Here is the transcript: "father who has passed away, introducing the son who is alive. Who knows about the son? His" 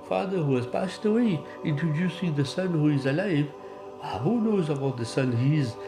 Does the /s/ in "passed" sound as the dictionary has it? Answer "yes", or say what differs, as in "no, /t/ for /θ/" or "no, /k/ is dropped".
yes